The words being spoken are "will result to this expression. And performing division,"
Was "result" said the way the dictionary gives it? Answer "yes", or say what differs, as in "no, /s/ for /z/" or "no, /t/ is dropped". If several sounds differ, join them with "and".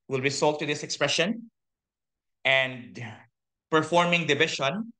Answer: no, /s/ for /z/